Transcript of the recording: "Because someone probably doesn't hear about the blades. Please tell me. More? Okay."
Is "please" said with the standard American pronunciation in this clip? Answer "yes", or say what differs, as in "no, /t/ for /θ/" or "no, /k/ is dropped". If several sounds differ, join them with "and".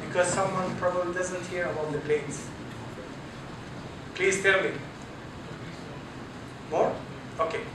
yes